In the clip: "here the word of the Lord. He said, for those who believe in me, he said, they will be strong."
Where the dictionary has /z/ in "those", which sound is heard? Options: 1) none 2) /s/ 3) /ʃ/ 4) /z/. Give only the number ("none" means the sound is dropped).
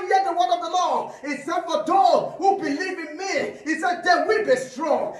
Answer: 1